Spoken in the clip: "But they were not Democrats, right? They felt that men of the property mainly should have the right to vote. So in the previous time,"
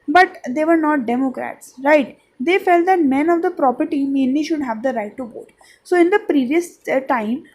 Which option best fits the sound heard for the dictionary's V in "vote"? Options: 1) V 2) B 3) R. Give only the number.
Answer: 2